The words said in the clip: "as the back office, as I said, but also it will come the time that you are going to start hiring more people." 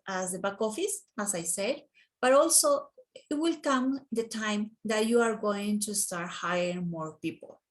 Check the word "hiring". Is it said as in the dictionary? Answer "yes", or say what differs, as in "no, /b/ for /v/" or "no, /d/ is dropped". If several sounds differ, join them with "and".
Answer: no, /ɹ/ is dropped